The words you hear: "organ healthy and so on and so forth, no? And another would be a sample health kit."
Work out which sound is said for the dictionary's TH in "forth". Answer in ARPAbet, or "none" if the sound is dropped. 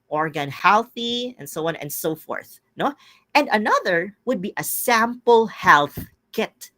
TH